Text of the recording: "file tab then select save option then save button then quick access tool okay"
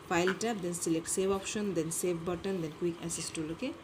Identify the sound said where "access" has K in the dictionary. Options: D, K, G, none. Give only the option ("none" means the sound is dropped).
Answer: none